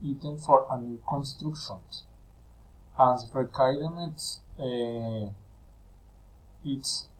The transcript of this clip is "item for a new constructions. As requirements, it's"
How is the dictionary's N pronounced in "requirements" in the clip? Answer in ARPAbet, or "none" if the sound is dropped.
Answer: none